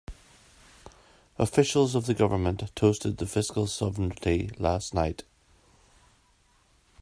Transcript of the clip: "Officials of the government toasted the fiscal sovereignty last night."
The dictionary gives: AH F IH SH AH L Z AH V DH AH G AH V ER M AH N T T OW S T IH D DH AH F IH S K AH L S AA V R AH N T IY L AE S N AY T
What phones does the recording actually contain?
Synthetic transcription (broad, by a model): AH F IH SH AH L Z AH V DH AH G AH V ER M AH N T T OW S T IH D DH AH F IH S K AH L S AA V AH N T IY L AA S N AY T